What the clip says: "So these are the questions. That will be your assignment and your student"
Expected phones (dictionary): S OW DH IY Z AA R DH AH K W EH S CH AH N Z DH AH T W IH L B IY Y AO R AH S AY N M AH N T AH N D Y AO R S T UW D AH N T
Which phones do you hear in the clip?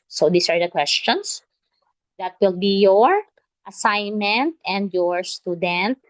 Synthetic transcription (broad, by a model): S OW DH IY S AA R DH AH K W EH S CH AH N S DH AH T W IH L B IY Y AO R AH S AY N M AH N T AH N D Y AO R S T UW D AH N T